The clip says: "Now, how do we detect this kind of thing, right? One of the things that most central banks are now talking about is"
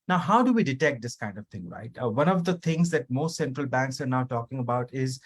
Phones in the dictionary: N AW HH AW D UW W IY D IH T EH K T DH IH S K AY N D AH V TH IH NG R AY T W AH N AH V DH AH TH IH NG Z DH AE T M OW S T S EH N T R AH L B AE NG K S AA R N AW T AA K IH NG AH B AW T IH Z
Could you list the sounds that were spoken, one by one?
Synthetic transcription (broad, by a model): N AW HH AW D UW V IY D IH T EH K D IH S K AY N D AH V T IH NG R AY T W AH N AH V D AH T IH NG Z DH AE T M OW S T S EH N T R AH L B AE NG K S AA R N AW T AA K IH NG AH B AW T IH Z